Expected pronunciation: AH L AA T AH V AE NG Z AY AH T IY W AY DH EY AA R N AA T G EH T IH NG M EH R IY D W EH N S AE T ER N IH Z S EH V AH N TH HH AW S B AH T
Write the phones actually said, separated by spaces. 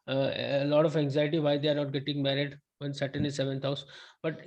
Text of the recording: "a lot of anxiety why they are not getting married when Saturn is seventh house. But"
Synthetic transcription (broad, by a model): L AA T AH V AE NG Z AY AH T IY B AY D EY AA R N AA T G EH T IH NG M EH R IY D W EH N S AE T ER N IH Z S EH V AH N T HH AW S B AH T